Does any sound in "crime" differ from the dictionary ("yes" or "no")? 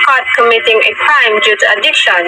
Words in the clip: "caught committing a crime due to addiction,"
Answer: yes